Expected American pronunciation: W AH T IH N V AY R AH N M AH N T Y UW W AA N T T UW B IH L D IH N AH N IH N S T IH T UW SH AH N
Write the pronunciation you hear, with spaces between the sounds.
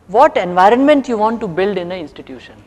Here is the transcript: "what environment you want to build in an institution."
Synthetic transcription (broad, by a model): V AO T IH N V AY R AH N M AH N T Y UW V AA N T T UW B IH L D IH N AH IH N S T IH T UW SH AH N